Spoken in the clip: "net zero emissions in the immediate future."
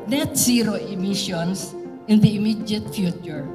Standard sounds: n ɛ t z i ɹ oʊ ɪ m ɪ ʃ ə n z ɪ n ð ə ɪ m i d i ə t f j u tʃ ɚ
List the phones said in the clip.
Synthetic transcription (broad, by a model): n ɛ t s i ɹ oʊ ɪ m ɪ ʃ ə n s ɪ n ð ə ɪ m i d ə t f j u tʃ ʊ